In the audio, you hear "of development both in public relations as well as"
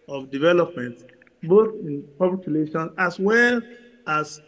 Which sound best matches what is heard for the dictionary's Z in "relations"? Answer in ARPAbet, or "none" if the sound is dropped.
none